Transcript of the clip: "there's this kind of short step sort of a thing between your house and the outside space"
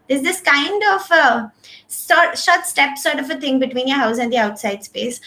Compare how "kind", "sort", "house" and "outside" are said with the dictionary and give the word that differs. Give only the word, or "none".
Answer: none